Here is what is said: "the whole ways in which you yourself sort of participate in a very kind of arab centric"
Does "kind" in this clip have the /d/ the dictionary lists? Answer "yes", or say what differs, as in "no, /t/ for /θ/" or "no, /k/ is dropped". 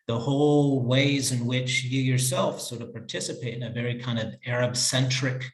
yes